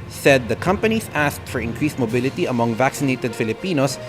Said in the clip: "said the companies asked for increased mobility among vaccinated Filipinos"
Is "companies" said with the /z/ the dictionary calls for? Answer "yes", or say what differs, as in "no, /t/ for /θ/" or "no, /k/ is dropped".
no, /s/ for /z/